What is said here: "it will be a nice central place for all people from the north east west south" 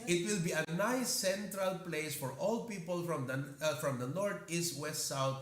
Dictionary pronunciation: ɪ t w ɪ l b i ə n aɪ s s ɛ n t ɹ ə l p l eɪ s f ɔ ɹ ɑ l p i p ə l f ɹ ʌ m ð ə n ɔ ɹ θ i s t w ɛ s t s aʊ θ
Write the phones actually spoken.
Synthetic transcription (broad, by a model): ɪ t w ɪ l b i ə n aɪ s s ɛ n t ɹ ə l p l eɪ s f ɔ ɹ ɑ l p i p ə l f ɹ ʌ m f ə n ɔ ɹ t i s t w ɛ s t s aʊ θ